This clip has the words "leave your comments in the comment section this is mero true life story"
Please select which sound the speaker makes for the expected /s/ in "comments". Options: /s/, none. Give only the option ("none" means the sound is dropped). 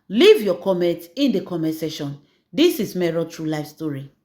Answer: none